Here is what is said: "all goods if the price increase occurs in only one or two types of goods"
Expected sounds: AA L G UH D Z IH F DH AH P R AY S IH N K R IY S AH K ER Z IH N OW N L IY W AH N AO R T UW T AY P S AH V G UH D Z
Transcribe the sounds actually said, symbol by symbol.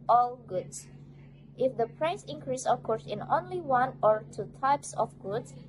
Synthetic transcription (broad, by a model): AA L G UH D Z IH F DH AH P R AY S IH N K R IY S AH K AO S IH N OW N L IY W AH N AO R T UW T AY P S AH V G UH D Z